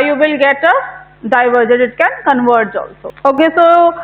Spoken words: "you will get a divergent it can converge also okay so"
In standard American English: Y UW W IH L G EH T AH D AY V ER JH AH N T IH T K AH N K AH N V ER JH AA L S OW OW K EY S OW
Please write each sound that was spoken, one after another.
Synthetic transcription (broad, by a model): Y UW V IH L G EH T AH D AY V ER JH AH T IH T K AH N K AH N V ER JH AA L S OW OW K EY S OW